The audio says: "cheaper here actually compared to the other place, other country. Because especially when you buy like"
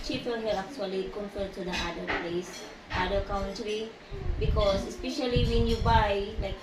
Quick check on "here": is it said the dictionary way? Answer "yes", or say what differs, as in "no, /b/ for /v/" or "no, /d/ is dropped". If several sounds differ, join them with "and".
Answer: no, /l/ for /ɹ/